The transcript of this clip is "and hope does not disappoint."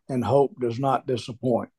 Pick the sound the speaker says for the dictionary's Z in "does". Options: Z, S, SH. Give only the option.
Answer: Z